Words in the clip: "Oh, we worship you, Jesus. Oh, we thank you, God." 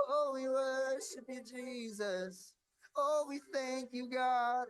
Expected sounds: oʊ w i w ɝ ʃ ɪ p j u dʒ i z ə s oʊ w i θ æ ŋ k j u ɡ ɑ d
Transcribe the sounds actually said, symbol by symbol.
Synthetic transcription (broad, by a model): oʊ w i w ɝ ʃ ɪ p j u dʒ i z ə s oʊ w i θ æ ŋ k j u ɡ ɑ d